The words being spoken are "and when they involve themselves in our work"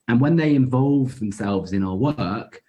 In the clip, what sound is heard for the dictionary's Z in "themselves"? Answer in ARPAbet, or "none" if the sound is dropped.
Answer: Z